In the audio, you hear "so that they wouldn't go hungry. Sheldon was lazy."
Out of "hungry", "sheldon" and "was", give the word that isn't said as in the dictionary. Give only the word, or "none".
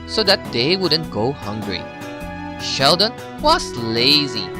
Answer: was